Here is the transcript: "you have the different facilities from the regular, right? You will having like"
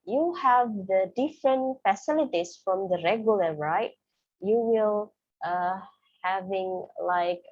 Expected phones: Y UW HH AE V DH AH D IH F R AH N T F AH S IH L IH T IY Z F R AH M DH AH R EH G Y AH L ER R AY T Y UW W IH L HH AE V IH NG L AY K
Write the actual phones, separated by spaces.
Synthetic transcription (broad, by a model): Y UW HH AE V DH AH D IH F R AH N T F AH S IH L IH T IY S F R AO M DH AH R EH G Y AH L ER R AY T Y UW W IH L HH AE V IH NG L AY K